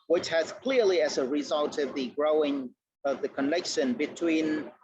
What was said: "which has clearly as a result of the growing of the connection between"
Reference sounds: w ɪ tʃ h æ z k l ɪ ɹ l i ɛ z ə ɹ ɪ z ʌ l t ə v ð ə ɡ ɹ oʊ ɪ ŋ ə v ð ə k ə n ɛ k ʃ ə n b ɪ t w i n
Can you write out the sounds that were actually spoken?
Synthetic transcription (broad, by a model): w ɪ tʃ h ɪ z k l ɪ ɹ l i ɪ z ə ɹ ɪ z ʌ l t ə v ð ə ɡ ɹ oʊ ɪ ŋ ə v ð ə k ə n ɛ k ʃ ə n b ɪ t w i n